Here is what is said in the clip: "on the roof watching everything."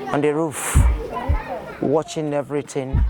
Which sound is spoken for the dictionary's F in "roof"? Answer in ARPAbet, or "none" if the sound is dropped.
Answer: F